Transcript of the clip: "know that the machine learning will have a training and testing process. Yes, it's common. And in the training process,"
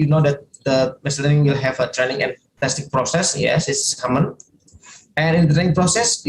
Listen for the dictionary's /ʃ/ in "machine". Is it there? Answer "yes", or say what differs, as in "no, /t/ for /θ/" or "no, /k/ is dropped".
no, /s/ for /ʃ/